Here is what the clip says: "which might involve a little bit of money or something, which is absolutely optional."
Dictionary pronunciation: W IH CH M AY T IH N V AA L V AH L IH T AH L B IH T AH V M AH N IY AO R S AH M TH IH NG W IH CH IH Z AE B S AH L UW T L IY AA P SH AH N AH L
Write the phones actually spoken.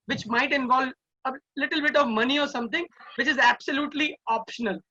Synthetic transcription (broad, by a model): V IH CH M AY T IH N V AA L V AH L IH T AH L B IH T AH V M AH N IY AO R S AH M T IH NG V IH CH IH Z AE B S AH L UW T L IY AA P SH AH N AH L